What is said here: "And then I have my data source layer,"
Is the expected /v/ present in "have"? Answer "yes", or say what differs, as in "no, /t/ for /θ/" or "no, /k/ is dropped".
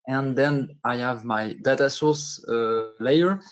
yes